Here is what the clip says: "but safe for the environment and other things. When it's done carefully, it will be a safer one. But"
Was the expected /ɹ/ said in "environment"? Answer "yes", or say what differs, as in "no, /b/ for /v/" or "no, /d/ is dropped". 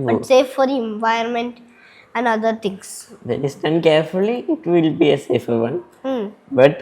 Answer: no, /ɹ/ is dropped